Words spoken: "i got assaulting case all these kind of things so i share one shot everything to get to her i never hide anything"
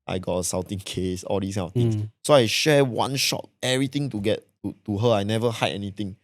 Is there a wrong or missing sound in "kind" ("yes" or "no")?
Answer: yes